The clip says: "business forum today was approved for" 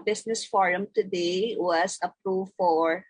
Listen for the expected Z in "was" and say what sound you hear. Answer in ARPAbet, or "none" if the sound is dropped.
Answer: S